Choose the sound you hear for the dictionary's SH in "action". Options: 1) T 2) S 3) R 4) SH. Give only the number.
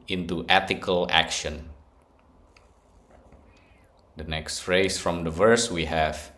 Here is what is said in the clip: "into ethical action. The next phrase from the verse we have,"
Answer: 4